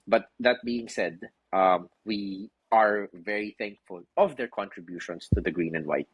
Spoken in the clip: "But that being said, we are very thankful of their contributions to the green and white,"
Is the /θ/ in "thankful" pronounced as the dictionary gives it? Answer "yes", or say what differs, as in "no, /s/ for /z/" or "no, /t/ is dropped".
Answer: yes